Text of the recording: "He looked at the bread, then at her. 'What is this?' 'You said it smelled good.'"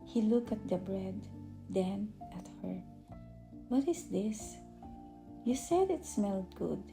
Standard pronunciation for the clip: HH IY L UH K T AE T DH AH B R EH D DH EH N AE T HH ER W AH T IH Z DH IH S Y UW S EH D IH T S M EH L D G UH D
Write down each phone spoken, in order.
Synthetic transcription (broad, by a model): HH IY L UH K AE T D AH B R EH D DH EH N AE T HH ER W AH T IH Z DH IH S Y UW S EH D IH T S M EH L D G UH D